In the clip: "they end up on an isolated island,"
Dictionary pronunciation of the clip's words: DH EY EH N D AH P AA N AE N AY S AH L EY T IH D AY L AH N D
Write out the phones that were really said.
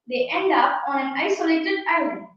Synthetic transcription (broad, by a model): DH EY EH N D AH P AA N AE N AY S AH L EY T IH D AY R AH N